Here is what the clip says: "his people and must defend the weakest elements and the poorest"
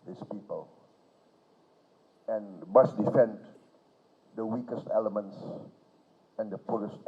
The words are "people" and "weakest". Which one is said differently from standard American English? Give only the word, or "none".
none